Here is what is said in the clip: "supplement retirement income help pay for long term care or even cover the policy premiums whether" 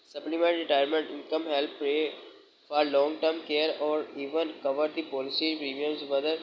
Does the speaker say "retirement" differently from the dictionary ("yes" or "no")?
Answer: no